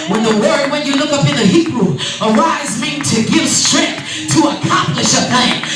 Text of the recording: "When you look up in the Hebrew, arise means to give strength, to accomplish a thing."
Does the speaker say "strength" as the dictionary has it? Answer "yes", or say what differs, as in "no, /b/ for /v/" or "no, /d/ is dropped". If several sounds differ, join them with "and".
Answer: yes